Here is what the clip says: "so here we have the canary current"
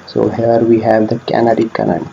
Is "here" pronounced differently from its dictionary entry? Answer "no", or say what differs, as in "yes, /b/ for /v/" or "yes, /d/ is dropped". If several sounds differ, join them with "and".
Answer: no